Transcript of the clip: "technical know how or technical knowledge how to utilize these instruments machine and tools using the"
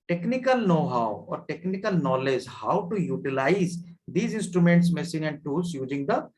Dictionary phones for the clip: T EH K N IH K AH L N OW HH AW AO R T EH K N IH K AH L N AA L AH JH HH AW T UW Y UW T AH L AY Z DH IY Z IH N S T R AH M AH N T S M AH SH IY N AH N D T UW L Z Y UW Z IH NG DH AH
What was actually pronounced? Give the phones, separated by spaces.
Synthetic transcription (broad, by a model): T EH K N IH K AH L N OW HH AW AO R T EH K N IH K AH L N AA L AH JH HH AW T UW Y UW T AH L AY Z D IY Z IH N S T R AH M AH N T S M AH S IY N AH N D T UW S Y UW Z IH NG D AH